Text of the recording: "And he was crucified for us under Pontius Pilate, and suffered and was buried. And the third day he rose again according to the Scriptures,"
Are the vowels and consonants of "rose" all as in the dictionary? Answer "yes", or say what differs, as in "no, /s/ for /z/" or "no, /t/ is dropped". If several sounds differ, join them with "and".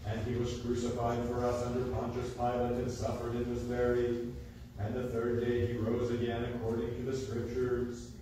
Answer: yes